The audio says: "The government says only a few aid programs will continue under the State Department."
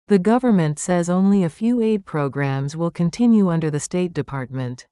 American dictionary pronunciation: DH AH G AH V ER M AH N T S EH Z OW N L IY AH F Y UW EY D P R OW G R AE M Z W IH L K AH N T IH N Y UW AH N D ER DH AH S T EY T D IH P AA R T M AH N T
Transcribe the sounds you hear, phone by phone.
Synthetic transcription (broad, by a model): DH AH G AH V ER M AH N T S EH Z OW N L IY AH F Y UW EY D P R OW G R AE M Z W IH L K AH N T IH N Y UW AH N D ER DH AH S T EY T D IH P AA R T M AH N T